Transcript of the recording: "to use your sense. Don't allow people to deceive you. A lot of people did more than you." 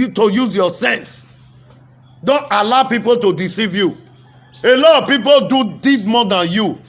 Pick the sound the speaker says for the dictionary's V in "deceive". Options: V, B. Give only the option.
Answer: V